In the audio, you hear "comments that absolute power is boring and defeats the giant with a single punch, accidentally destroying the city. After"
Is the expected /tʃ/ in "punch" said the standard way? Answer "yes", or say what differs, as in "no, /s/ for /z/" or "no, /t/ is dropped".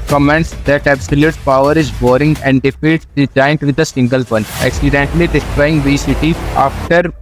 no, /tʃ/ is dropped